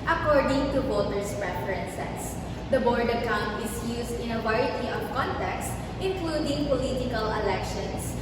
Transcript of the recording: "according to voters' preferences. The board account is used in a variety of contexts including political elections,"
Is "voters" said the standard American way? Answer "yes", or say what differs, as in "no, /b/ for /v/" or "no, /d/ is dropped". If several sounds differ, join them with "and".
no, /b/ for /v/ and /s/ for /z/